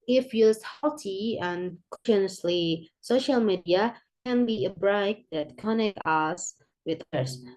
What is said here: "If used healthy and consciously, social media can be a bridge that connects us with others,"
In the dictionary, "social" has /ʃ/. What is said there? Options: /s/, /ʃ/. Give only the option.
/ʃ/